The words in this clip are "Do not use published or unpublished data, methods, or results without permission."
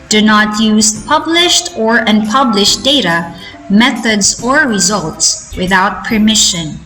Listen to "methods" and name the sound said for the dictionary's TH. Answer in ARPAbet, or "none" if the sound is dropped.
TH